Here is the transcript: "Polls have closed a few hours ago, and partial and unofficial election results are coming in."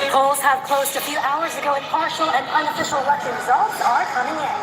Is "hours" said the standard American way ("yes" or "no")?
yes